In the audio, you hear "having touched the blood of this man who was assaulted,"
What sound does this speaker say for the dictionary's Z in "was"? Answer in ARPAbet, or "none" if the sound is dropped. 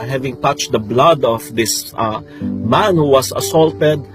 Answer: S